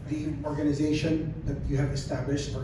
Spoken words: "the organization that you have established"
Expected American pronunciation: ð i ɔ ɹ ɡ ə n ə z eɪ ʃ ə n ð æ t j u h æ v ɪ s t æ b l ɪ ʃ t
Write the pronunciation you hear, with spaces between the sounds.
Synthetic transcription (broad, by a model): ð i ɔ ɹ ɡ ə n ə z eɪ ʃ ə n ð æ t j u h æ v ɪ s t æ b l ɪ ʃ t